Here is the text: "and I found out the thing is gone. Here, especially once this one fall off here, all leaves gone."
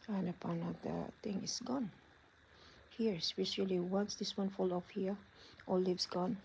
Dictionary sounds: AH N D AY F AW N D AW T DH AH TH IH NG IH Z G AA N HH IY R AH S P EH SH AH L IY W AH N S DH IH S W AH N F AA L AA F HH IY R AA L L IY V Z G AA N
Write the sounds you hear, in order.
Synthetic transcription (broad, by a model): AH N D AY P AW N AW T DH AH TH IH NG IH S G AA N HH IY R S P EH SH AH L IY W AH N S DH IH S W AH N F AA L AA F HH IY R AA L L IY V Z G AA N